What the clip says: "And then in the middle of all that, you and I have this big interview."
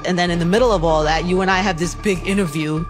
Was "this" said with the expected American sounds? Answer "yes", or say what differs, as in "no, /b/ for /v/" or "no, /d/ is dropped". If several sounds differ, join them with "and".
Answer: yes